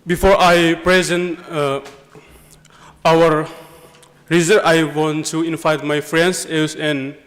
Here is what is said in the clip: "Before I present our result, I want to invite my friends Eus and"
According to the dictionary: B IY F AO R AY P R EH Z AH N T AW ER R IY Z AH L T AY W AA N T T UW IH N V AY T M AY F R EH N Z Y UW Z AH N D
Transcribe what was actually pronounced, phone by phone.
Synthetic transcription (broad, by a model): B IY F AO R AY P R EH Z AH N T AW ER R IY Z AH T AY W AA N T T UW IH N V AY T M AY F R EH N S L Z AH N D